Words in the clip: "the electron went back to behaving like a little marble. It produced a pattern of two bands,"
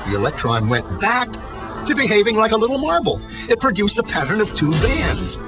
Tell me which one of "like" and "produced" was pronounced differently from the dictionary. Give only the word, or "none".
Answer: none